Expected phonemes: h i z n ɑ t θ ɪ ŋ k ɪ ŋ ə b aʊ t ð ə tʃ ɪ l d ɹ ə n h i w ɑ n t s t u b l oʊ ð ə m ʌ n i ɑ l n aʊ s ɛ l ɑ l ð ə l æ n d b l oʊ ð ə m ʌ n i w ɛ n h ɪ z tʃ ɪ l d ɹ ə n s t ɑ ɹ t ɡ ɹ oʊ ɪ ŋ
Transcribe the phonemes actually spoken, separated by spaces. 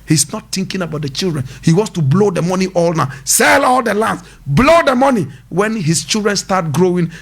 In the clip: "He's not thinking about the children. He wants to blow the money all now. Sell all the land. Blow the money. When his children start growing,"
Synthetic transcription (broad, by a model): h i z n ɑ t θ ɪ ŋ k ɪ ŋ ə b aʊ t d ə tʃ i l d ɹ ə n h i w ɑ n s t u b l oʊ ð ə m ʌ n i ɑ l n aʊ s ɛ l ɑ l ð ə l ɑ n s b l oʊ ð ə m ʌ n i w ɛ n h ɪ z tʃ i l d ɹ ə n s t ɑ t ɡ ɹ oʊ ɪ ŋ